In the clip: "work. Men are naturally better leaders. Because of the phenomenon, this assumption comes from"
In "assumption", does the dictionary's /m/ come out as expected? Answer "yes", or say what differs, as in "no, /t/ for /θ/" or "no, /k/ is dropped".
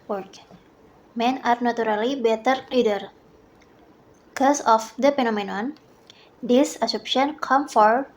no, /m/ is dropped